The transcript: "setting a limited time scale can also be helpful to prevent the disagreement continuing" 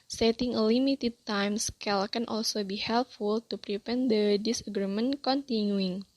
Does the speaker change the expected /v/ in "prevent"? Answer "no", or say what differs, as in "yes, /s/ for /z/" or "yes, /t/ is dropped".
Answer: yes, /p/ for /v/